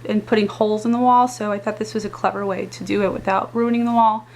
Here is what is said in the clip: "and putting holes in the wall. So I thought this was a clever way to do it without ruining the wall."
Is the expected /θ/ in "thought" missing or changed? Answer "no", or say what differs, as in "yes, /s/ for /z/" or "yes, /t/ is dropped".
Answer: no